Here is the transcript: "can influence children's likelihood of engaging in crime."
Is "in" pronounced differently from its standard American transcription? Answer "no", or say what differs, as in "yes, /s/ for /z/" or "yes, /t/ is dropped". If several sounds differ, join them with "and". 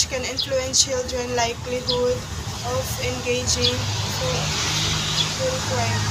yes, /l/ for /n/